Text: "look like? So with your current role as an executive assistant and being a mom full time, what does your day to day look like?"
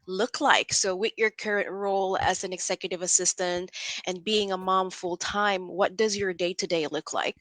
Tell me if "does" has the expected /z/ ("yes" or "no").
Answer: yes